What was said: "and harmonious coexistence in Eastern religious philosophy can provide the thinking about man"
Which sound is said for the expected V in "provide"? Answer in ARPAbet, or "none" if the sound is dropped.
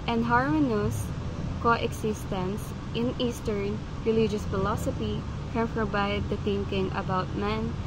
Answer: B